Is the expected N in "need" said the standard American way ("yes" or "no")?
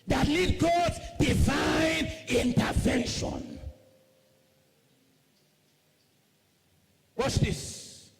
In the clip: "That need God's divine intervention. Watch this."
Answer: no